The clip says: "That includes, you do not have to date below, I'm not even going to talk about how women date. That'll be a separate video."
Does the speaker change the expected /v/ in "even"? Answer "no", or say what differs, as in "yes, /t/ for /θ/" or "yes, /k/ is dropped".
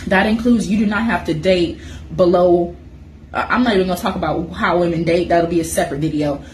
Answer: yes, /v/ is dropped